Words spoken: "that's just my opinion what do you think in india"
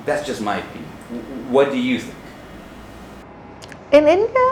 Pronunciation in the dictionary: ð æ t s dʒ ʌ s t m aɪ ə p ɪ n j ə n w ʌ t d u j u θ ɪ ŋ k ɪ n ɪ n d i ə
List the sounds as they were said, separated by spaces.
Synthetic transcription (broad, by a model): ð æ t s dʒ ʌ s t m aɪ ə ɪ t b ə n w ʌ t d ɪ j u θ ɪ ŋ k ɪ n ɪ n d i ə